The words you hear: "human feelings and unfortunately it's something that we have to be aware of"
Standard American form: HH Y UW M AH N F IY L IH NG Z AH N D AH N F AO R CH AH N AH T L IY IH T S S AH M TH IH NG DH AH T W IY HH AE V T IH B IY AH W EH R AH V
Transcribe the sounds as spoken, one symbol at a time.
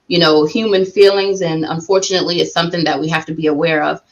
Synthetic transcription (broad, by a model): HH Y UW M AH N F IY L IH NG Z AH N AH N F AO R CH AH N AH T L IY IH T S S AH M TH IH NG DH AH T W IY HH AE F T IH B IY AH W EH R AH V